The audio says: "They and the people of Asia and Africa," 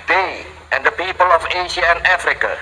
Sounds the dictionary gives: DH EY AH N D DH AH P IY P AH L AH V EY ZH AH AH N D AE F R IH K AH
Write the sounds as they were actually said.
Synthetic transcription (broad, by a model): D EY AH N D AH P IY P AH L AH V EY SH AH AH N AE F R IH K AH